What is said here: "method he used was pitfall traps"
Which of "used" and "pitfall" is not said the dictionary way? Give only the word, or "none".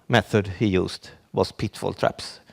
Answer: used